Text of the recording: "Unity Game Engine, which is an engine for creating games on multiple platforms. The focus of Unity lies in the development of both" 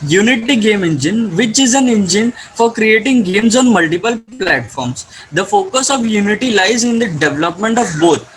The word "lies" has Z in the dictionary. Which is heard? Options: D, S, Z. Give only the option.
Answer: Z